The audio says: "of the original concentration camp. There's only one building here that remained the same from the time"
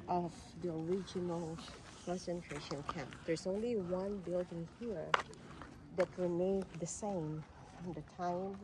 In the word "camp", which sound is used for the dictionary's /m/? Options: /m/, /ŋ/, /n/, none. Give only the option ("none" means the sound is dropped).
none